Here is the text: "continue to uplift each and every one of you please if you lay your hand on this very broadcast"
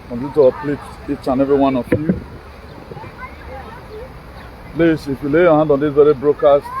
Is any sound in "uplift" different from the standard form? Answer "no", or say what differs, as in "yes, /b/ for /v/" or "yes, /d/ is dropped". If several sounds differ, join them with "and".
yes, /f/ is dropped